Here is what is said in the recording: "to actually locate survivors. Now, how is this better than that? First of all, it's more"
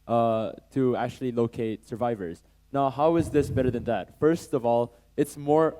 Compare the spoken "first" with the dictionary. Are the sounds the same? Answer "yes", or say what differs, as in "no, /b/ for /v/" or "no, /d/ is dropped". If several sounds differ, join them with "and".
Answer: yes